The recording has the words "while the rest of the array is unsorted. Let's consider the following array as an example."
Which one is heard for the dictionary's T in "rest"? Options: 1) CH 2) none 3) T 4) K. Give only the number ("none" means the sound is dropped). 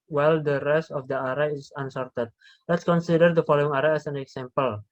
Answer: 3